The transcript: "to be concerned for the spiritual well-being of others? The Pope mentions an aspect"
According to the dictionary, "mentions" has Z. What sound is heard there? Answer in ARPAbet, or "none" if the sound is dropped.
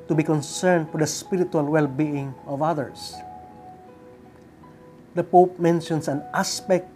S